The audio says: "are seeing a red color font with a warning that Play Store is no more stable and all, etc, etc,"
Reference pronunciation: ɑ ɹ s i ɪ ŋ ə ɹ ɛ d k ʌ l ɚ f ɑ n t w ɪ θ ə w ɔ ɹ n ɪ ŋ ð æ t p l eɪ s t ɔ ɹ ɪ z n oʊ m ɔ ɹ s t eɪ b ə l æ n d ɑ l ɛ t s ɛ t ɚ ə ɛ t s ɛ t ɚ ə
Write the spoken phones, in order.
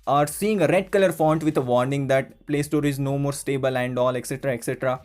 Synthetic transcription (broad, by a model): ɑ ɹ s i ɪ ŋ ə ɹ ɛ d k ʌ l ɚ f ɑ n t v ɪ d ə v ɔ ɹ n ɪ ŋ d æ t p l eɪ s t ɔ ɹ ɪ z n oʊ m ɔ ɹ s t eɪ b ə l æ n d ɑ l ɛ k s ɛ t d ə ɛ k s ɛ t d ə